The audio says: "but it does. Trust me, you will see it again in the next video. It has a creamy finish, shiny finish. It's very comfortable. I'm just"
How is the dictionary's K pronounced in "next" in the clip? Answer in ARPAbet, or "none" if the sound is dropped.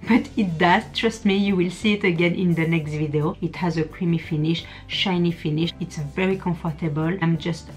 K